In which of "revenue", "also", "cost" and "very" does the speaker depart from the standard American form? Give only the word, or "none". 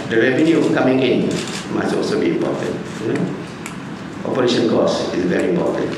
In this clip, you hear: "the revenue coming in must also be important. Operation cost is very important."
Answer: cost